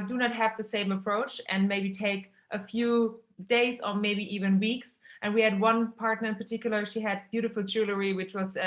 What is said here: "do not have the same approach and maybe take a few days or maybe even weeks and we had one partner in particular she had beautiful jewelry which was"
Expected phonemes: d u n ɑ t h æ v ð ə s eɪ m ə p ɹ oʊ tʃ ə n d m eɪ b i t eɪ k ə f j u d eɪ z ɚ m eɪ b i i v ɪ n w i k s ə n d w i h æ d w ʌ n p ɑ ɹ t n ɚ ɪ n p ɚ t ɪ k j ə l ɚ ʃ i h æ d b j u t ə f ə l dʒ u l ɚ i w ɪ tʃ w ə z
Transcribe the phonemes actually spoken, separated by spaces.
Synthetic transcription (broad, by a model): d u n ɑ t h æ v ð ə s eɪ m ə p ɹ oʊ tʃ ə n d m eɪ b i t eɪ k ə f j u d eɪ z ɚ m eɪ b i i v ɪ n w i k s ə n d w i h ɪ d w ʌ n p ɑ ɹ t n ɚ ɪ n p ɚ t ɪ k j l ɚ ʃ i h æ d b j u t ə f l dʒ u l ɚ i w ɪ tʃ w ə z